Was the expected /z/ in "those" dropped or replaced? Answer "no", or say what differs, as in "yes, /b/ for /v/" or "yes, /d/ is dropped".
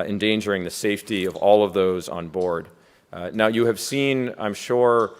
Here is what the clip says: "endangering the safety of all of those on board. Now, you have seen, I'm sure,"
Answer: no